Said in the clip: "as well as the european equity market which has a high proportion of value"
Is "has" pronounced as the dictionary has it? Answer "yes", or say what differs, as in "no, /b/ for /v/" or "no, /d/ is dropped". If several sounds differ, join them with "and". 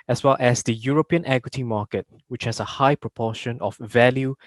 no, /s/ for /z/